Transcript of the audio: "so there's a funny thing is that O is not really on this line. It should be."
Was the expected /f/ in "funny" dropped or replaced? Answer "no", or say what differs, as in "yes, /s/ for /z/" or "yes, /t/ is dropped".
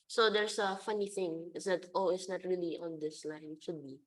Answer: no